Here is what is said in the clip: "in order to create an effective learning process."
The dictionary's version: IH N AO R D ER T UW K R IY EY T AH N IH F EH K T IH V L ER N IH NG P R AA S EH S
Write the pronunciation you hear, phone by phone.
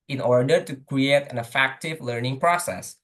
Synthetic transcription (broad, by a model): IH N AO R D ER T UW K R IY EY T AH N IH F EH K T IH V L ER N IH NG P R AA S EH S